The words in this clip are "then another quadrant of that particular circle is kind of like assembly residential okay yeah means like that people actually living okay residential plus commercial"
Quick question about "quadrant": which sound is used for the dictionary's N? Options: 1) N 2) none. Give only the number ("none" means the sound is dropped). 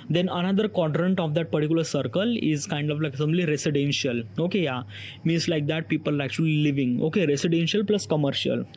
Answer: 1